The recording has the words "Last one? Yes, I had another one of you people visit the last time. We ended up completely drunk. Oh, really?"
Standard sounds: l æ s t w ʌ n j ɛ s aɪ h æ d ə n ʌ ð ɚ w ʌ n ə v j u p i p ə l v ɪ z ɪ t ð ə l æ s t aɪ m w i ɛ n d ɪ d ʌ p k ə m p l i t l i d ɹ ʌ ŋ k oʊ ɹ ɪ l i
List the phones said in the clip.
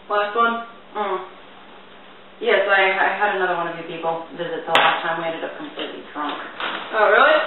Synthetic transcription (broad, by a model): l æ s t w ʌ n j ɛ s aɪ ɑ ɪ d ə n ʌ ð ɚ w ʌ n ə v j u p i p l v ɪ z ɪ t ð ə l æ s t aɪ m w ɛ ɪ d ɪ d ʌ p k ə m p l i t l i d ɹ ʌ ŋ k oʊ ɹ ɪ l i